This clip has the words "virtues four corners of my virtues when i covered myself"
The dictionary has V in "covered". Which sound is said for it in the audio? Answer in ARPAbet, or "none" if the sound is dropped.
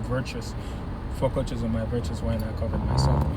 V